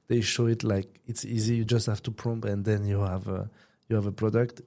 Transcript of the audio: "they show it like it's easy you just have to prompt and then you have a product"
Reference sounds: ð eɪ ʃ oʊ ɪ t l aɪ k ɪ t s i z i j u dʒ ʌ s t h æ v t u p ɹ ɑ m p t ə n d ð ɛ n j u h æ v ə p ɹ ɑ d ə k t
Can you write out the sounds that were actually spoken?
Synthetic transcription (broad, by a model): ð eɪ ʃ oʊ ɪ t l aɪ k ɪ t s i z i j u dʒ ʌ s t h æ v t u p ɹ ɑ m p ə n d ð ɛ n j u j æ v ə p ɹ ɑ d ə k t